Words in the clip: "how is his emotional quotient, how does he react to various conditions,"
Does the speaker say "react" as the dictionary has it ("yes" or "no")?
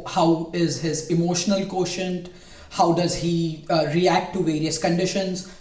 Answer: yes